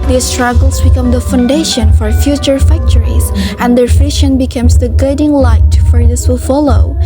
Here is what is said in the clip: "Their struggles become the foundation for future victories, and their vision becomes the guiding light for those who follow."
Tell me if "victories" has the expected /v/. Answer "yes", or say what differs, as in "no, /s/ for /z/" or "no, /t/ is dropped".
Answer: no, /f/ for /v/